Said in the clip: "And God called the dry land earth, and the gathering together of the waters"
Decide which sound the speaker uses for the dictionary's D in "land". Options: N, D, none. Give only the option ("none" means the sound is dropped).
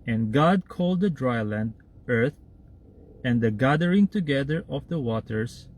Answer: D